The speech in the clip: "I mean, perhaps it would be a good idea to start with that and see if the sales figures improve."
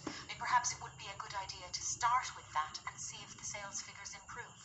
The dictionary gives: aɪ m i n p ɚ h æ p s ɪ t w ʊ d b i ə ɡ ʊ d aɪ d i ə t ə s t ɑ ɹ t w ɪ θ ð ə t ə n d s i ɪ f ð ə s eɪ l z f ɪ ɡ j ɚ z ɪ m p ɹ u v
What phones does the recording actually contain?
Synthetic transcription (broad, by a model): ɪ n p ɚ h æ p s ɪ t w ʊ d b i ə ɡ ʊ d aɪ d i ə t ə s t ɑ ɹ t w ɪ ð ə t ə n s i ɪ f ð ə s eɪ l z f ɪ ɡ j ɚ z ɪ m p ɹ u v